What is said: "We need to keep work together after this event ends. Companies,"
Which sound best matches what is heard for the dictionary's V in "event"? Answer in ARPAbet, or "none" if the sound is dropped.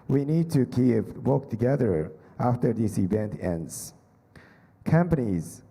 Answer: V